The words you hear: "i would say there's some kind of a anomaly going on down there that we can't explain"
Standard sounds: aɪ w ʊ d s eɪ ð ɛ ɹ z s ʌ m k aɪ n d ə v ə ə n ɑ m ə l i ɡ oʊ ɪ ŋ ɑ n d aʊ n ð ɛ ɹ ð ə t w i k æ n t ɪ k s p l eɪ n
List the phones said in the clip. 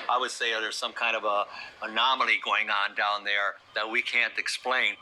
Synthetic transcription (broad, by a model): aɪ w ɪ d s eɪ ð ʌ ɹ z s ʌ m k aɪ n d ə v ə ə n ɑ m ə l i ɡ oʊ ɪ ŋ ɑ n d aʊ n ð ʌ ɹ ð ə t w i k æ n t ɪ k s p l eɪ n